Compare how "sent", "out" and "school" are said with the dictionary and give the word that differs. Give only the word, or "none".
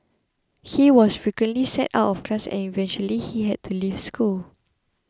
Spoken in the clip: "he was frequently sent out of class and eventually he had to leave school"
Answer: sent